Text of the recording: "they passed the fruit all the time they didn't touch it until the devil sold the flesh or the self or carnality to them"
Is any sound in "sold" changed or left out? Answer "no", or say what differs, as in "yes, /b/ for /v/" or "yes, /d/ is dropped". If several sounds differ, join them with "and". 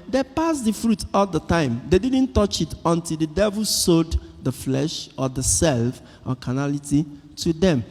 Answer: yes, /l/ is dropped